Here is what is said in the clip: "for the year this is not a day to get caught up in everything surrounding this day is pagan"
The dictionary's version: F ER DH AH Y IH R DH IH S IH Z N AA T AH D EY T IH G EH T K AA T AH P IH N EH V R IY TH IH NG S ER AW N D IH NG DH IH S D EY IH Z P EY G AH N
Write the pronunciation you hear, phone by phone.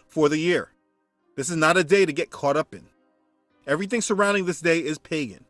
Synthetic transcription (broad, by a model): F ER DH AH Y IH R DH IH S IH Z N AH T AH D EY T IH G EH T K AA T AH P IH N EH V R IY TH IH NG S ER AW N D IH NG DH IH S D EY IH Z P EY G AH N